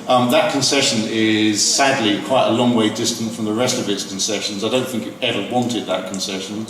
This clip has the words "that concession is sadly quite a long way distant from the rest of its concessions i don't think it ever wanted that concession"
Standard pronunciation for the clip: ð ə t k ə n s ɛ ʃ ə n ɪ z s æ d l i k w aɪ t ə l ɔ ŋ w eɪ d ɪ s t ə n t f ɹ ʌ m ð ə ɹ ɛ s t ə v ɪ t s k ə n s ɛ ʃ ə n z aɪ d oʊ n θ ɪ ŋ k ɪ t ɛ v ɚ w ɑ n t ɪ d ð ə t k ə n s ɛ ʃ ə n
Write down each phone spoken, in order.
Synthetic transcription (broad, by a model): ð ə t k ə n s ɛ ʃ ə n ɪ z s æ d l i k w aɪ t ə l ɔ ŋ w eɪ d ɪ s t ə n t f ɹ ʌ m ð ə ɹ ɛ s t ə v ɪ t s k ə n s ɛ ʃ ə n z aɪ d oʊ n θ ɪ ŋ k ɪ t ɛ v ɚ w ɑ n t ɪ d ð ə t k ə n s ɛ ʃ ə n